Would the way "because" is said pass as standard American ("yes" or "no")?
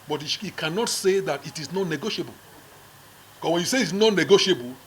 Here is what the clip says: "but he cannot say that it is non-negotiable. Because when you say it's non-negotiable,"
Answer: no